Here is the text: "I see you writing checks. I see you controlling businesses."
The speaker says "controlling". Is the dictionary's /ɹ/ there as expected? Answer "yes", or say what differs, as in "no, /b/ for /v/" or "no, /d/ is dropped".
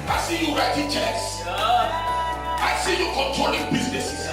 yes